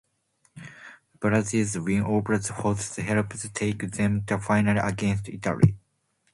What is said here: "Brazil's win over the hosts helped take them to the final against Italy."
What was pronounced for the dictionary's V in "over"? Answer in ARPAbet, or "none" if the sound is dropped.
B